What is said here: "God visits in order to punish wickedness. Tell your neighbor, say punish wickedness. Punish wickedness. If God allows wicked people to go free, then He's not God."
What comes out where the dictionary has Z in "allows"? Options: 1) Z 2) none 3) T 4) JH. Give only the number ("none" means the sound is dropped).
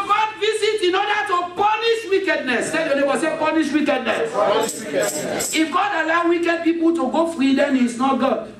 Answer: 2